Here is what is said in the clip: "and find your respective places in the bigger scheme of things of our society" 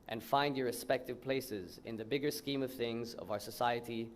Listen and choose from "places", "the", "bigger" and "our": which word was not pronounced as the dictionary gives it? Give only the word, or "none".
none